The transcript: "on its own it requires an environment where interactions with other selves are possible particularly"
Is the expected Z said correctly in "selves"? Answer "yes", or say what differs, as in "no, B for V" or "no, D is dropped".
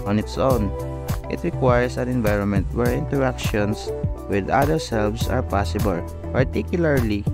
no, S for Z